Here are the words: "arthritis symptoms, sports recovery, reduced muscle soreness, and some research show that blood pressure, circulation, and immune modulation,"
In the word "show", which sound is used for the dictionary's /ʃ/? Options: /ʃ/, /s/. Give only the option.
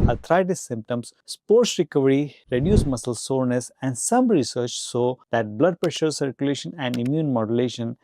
/s/